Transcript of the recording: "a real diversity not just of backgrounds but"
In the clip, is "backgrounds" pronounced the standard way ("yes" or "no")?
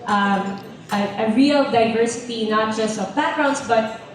no